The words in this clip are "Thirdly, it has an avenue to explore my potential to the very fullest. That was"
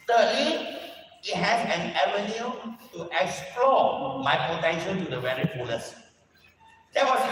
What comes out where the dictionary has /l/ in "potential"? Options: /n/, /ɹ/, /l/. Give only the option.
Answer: /n/